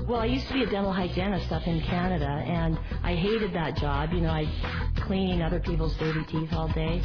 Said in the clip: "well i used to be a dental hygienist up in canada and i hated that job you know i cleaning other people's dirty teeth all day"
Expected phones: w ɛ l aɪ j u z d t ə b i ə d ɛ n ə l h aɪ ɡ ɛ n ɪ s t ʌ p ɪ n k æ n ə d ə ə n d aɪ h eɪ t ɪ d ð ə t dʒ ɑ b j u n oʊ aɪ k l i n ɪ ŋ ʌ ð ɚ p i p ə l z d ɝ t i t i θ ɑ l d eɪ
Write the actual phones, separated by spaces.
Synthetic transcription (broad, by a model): w ɛ l aɪ j u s t ə b i ə d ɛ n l h aɪ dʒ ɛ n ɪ s t ʌ f ɪ n k æ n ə d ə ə n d aɪ h eɪ t ɪ d ð ə t dʒ ɑ b j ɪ n oʊ aɪ k l i n ɪ ŋ ʌ ð ɚ p i p l z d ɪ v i t i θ ɑ l d eɪ